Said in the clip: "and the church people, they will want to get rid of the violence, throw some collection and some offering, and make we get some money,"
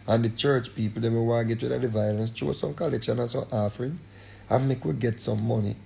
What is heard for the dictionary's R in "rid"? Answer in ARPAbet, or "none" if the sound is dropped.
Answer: W